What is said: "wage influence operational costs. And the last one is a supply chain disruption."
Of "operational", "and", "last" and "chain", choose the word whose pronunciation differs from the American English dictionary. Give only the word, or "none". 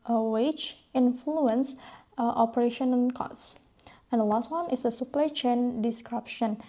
operational